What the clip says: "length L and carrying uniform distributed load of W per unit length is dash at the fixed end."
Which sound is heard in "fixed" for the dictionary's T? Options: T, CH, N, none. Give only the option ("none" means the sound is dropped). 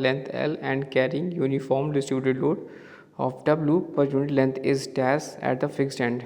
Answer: T